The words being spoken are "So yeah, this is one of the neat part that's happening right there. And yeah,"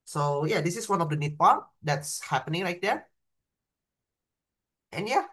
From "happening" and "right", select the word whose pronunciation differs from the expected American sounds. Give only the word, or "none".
right